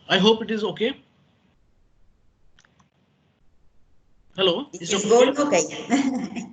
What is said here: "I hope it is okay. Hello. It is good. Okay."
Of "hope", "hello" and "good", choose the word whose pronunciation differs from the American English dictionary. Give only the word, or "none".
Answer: good